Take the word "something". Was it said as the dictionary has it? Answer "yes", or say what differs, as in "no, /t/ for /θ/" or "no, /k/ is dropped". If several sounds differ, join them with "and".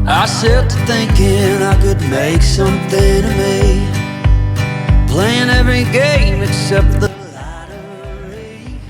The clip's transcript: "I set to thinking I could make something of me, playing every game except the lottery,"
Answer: yes